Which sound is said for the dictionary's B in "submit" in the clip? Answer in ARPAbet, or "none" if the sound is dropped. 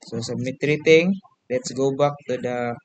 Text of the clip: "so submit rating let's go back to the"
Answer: none